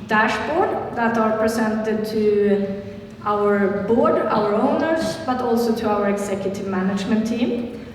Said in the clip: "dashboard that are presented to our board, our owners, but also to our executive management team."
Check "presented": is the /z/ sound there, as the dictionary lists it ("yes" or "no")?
no